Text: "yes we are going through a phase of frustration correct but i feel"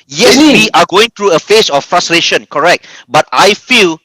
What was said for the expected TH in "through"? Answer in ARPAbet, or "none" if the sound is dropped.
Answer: T